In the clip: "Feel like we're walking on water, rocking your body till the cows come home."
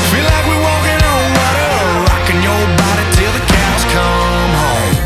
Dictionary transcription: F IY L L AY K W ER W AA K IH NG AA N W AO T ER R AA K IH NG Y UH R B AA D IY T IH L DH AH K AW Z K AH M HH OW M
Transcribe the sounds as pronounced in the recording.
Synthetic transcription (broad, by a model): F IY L L AY K W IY W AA IH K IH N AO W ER R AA K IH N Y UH L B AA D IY T IH L DH AH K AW S K AH M HH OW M